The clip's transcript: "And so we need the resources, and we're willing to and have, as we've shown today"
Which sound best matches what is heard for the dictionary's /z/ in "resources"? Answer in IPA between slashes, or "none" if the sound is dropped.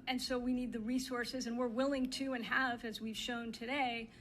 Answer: /z/